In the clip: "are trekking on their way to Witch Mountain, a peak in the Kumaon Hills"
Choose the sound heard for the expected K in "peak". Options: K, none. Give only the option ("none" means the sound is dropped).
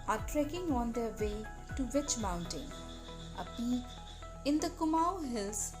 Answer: none